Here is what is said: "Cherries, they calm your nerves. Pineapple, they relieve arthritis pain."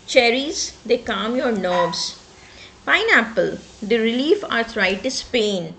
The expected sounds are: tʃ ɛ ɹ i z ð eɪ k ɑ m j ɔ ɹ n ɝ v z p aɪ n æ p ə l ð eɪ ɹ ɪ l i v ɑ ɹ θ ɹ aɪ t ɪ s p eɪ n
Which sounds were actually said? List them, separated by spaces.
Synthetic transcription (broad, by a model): tʃ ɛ ɹ i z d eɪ k ɑ m j ɔ ɹ n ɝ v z p aɪ n æ p ə l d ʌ ɹ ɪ l i f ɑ ɹ t ɹ aɪ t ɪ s p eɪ n